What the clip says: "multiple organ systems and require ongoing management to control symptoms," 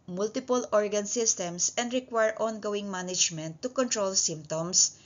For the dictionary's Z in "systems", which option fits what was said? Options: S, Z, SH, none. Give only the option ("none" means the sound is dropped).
S